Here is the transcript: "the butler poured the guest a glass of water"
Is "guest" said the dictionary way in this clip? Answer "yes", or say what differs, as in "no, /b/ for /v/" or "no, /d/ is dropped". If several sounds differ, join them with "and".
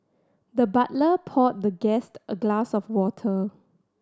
yes